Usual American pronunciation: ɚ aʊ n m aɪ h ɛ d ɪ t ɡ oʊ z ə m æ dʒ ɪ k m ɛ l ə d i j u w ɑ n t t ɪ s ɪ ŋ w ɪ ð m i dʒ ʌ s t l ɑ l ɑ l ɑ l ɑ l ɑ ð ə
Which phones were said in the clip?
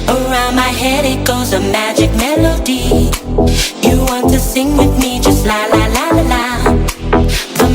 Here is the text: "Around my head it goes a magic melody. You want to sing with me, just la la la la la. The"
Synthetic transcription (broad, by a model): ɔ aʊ m aɪ h ɛ d ɪ t ɡ oʊ z ə m æ dʒ ɪ k m ɛ l ə d i j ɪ w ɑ n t t ɪ s ɪ ŋ w ɪ ð m i dʒ ʌ s t l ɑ l ɑ l ɑ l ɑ l ɑ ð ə